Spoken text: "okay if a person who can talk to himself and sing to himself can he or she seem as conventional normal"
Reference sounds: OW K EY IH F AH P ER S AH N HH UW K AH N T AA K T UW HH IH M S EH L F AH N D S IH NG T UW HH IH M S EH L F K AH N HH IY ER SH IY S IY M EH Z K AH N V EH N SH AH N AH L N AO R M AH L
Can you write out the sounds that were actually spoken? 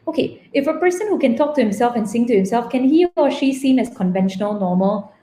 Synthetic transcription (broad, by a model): OW K EY IH F AH P ER S AH N HH UW K AH N T AA K T UW HH IH M S EH L F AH N S IH NG T UW HH IH M S EH L F K AH N HH IY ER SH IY S IY M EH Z K AH N V EH N SH AH N AH L N AO M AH L